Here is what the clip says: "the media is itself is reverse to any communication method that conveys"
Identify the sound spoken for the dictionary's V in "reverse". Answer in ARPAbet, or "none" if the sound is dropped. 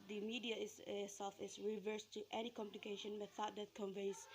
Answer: V